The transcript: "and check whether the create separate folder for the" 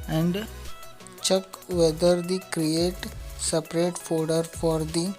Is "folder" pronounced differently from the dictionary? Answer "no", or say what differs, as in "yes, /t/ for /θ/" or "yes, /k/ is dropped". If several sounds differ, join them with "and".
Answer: yes, /l/ is dropped